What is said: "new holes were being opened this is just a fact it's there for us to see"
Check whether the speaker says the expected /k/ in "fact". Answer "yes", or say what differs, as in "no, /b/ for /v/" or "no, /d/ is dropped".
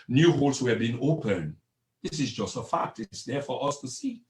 yes